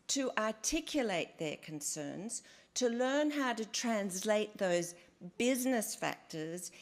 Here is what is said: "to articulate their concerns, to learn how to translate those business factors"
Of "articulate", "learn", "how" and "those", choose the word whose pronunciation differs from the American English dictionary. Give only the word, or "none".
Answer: none